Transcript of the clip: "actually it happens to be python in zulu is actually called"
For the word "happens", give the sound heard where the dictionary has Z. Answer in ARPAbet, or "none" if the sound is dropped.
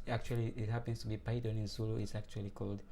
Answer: S